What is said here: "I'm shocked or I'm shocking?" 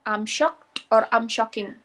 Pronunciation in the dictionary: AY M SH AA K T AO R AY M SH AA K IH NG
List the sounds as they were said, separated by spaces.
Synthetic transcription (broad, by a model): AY M SH AA K T AO R AY M SH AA K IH NG